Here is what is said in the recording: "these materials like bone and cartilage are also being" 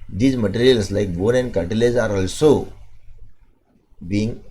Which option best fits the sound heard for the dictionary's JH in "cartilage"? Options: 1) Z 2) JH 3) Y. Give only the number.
1